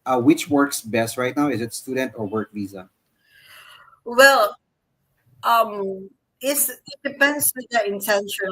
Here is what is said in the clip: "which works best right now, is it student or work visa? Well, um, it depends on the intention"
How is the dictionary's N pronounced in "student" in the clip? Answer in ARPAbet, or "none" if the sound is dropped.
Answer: N